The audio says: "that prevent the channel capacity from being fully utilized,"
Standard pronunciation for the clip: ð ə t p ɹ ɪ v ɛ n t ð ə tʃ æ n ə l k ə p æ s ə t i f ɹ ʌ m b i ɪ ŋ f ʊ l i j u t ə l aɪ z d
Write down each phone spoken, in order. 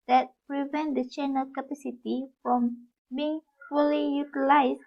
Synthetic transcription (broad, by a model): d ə t p ɹ ɪ v ɛ n t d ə tʃ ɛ n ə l k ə p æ s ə t i f ɹ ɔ m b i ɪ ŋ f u l i j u t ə l aɪ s